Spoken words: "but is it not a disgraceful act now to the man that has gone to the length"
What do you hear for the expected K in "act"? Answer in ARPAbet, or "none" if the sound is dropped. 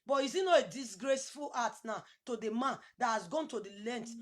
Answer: none